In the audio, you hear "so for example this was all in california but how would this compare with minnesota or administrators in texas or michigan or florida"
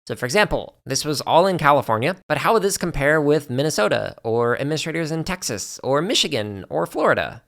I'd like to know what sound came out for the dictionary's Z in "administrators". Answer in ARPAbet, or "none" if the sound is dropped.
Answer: Z